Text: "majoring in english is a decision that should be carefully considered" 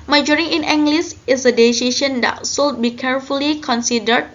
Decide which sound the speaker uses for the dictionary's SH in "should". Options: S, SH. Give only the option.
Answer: S